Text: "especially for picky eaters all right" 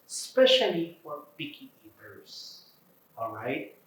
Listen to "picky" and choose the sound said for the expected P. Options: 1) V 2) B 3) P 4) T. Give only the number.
2